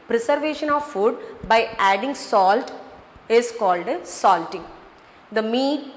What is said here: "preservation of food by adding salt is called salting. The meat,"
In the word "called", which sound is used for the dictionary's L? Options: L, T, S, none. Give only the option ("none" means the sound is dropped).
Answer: L